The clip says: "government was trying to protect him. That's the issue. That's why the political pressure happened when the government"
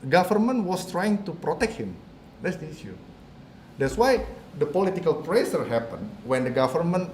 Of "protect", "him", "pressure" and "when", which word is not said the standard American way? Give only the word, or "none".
pressure